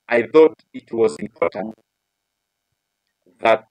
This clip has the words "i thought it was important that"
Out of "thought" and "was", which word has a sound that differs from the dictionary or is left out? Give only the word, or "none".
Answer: none